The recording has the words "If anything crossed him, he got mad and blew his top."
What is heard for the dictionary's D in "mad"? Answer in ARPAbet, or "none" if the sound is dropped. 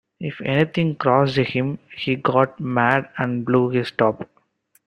D